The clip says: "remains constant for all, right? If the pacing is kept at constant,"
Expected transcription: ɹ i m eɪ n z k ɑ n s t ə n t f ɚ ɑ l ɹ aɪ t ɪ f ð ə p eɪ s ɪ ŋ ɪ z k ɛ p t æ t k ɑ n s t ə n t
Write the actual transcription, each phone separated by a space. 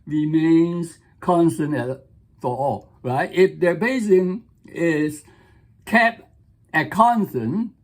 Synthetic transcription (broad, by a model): ɹ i m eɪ n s k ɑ n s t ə n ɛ f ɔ ɑ l ɹ aɪ t ɪ f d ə b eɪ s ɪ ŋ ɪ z k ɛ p ɛ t k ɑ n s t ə n